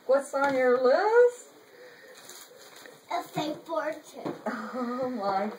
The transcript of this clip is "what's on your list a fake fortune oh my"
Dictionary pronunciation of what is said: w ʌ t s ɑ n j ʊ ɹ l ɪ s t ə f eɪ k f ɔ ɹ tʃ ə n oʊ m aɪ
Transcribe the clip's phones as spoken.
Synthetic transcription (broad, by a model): w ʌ t s n j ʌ ɹ l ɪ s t ə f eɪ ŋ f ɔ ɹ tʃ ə oʊ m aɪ